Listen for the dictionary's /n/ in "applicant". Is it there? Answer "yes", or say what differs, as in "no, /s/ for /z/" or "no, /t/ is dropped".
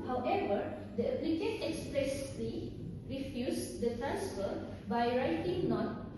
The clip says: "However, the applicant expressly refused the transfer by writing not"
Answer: no, /n/ is dropped